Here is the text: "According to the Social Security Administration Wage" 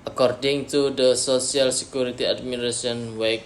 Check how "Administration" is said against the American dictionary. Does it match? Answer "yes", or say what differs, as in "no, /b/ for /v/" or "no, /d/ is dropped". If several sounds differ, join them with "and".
no, /ʃ/ is dropped